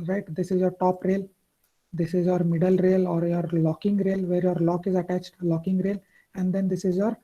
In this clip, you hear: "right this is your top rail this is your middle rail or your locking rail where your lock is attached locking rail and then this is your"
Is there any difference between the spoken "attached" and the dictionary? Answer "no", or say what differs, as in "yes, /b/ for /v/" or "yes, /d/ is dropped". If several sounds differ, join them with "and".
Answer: no